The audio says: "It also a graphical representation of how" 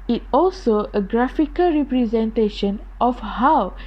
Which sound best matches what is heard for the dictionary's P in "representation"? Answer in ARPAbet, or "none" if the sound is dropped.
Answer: P